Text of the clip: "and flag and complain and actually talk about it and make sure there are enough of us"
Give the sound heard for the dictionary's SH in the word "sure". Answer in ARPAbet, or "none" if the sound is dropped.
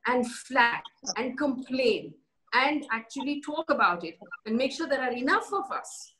SH